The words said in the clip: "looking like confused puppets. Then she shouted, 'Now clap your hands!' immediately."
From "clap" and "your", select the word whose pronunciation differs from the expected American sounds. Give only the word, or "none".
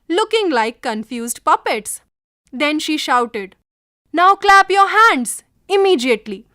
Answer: none